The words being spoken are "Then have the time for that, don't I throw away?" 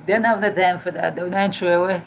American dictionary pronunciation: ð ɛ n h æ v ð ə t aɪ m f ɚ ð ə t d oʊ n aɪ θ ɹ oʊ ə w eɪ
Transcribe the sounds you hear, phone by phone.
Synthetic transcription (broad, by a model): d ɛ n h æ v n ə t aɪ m f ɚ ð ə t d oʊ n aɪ t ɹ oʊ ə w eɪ